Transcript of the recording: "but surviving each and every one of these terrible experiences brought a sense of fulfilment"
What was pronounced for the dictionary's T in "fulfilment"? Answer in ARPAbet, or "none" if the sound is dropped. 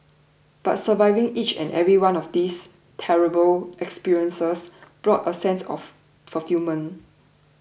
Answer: none